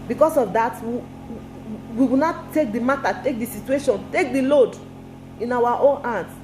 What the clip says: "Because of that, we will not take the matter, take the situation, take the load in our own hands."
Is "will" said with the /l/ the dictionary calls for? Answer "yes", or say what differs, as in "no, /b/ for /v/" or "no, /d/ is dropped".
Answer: no, /w/ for /l/